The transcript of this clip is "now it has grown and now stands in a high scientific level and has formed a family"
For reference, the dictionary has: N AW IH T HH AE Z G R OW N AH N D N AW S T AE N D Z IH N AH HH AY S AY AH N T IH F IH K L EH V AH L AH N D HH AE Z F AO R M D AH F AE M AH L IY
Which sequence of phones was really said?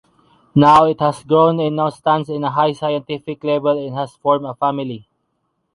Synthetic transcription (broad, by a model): N AW IH T HH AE S G R OW N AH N N AW S T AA N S IH N AH HH AY S AY AH N T IH F IH K L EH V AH L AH N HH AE S F AO R M AH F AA M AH L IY